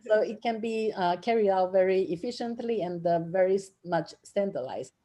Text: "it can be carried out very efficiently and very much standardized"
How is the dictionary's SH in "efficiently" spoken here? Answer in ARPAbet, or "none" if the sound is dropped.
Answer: SH